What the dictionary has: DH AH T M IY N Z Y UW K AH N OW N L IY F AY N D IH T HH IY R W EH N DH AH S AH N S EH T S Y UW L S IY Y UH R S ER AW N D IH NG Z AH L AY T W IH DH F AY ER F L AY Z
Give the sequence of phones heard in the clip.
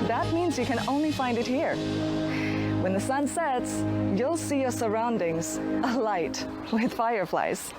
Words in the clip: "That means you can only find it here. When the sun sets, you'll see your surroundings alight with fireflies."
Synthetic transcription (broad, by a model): DH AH T M IY N Z Y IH K AH N OW N L IY F AY N D IH T HH IY R W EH N DH AH S AH N S EH T S Y UW L S IY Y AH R S ER AW N D IH NG Z AH L AY T W IH DH F AY ER F L AY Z